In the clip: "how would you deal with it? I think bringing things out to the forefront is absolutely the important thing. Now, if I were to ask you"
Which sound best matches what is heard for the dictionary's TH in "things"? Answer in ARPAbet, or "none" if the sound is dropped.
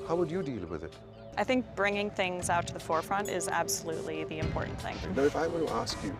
TH